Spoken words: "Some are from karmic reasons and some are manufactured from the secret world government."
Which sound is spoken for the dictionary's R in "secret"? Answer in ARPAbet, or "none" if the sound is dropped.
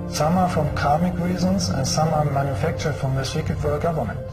none